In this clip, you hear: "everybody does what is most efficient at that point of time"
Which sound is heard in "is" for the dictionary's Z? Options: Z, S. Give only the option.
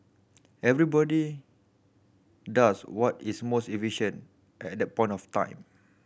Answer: S